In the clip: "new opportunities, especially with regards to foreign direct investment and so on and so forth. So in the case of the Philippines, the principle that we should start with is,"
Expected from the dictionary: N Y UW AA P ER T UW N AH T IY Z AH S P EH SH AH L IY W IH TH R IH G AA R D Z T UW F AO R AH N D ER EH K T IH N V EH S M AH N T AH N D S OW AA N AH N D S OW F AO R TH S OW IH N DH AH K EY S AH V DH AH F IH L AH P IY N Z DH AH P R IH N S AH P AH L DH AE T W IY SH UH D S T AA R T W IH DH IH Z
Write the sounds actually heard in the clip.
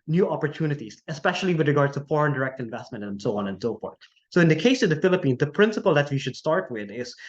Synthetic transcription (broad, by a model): N Y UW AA P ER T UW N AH T IY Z AH S P EH SH AH L IY W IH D R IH G AA R D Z T UW F AO R AH N D ER EH K T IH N V EH S M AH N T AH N S OW AA N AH N S OW F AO R T S OW IH N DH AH K EY S AH V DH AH F IH L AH P IY N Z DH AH P R IH N S AH P AH L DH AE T W IY SH UH D S T AA R T W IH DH IH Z